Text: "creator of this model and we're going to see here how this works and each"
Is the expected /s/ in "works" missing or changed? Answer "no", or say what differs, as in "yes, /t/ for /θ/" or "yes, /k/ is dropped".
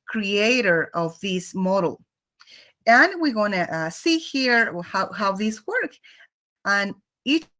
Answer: yes, /s/ is dropped